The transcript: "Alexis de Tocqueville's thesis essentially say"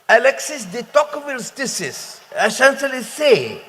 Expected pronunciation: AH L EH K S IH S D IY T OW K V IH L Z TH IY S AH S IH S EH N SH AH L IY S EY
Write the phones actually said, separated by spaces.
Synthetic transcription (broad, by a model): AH L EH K S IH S D IY T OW K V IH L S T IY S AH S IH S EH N S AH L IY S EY